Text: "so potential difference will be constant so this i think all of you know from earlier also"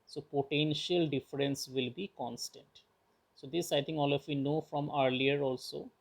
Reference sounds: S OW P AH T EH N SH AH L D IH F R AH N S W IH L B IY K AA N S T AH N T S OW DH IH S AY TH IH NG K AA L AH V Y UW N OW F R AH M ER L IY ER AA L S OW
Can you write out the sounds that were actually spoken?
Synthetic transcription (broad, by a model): S OW P AH T EH N SH AH L D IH F R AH N S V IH L B IY K AA N S T AH N T S OW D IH S AY T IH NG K AA L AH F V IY N OW F R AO M ER L IY ER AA L S OW